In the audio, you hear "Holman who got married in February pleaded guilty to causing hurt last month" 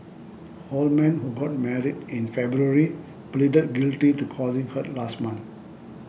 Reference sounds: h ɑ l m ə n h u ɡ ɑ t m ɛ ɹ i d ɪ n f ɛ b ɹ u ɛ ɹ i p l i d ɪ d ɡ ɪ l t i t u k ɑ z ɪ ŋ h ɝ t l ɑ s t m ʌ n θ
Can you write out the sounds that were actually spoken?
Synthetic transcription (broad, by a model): h ɑ l m ə n h u ɡ ɑ t m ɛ ɹ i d ɪ n f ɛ b ɹ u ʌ ɹ i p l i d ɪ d ɡ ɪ l t i t u k ɑ z ɪ ŋ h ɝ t l ɑ s t m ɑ n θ